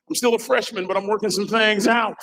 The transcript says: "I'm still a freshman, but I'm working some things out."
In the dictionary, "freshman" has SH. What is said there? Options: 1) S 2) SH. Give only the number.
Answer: 2